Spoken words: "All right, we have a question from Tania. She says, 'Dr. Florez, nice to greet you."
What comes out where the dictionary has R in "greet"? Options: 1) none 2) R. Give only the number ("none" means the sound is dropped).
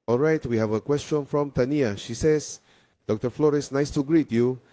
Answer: 2